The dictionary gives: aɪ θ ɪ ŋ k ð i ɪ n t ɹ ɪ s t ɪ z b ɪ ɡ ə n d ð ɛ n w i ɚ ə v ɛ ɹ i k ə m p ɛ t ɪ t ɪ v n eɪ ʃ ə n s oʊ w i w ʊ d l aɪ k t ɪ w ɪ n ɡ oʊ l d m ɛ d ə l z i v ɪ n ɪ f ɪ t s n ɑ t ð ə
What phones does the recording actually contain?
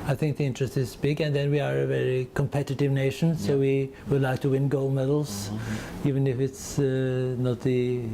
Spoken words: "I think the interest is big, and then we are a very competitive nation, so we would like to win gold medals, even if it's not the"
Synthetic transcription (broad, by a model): aɪ θ ɪ ŋ k ð i ɪ n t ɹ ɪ s t ɪ z b ɪ ɡ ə n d ð ɛ n w i ɚ ə v ɛ ɹ i k ə m p ɛ t ɪ t ɪ v n eɪ ʃ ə n s oʊ w i w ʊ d l aɪ k t ɪ w ɪ n ɡ oʊ l m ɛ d l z i v ɪ n ɪ f ɪ t s n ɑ t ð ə